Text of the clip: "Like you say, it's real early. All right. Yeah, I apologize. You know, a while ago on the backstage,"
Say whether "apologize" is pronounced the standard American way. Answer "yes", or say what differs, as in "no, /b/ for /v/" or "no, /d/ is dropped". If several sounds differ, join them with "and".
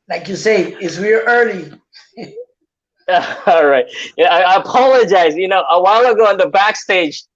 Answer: yes